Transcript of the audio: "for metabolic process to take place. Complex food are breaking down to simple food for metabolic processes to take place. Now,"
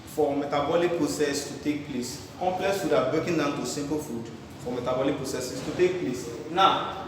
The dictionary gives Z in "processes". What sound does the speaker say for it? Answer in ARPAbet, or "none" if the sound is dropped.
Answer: S